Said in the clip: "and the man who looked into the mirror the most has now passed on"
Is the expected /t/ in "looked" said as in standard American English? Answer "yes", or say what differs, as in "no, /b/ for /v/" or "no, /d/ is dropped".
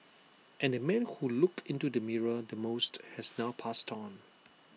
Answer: no, /t/ is dropped